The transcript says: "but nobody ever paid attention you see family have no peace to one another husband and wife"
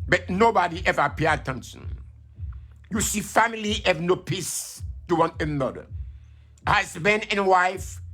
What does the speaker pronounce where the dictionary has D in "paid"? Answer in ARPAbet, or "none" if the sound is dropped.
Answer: none